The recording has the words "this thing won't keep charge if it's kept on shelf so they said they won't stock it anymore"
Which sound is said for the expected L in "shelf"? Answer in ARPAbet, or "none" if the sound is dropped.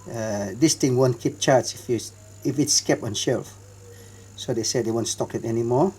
L